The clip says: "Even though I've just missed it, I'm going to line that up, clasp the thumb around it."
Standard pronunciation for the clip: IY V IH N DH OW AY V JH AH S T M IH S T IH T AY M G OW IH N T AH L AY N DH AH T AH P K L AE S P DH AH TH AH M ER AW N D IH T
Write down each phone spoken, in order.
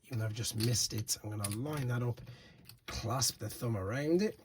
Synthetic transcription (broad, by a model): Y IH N AY V JH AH S M IH S T IH T AY M G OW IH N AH L AY N DH AH T AH P K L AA S P DH AH TH AH M ER AW N D IH T